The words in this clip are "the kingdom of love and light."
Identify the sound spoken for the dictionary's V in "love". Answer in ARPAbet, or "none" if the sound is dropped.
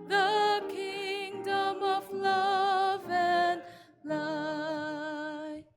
V